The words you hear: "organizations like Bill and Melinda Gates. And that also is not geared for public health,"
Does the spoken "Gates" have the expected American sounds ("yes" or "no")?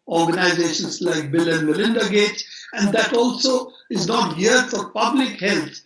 no